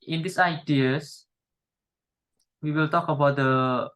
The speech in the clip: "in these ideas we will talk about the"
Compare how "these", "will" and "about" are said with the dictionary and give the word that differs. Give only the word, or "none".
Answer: these